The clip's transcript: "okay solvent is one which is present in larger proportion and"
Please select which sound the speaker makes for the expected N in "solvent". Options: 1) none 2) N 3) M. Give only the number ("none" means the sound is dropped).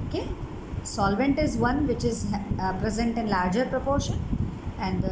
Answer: 2